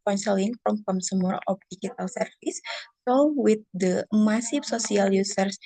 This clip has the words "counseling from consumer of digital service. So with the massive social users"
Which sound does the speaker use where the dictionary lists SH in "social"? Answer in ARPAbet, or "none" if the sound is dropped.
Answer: S